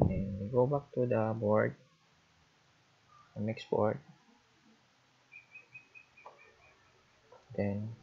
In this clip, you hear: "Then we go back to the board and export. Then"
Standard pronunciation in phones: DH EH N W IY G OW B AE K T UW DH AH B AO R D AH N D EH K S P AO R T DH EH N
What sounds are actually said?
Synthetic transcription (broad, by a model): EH N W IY G OW B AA K T UW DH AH B AO R D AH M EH K S B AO R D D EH N